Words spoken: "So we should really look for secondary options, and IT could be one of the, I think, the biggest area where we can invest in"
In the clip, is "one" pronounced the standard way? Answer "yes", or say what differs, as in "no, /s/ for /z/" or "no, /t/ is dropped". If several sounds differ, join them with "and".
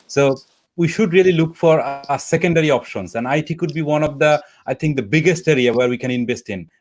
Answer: yes